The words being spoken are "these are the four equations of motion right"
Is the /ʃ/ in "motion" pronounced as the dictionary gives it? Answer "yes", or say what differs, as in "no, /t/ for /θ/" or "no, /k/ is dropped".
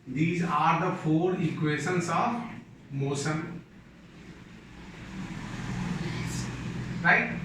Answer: no, /s/ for /ʃ/